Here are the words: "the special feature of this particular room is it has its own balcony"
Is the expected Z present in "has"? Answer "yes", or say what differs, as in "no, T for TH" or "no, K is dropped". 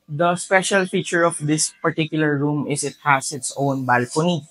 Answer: no, S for Z